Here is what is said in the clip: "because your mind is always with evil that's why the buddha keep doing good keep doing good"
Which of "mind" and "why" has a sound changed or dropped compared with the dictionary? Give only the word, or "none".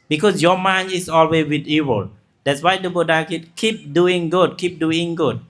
mind